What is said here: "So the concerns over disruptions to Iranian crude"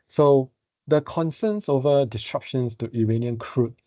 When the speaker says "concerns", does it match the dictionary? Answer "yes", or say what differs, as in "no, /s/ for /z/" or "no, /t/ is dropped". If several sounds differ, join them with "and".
no, /s/ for /z/